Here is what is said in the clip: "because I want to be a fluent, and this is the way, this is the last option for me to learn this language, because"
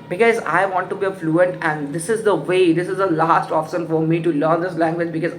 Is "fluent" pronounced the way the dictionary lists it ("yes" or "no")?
yes